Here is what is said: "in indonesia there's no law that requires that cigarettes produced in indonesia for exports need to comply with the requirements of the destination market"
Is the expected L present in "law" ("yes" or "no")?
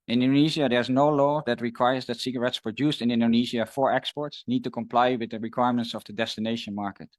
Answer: yes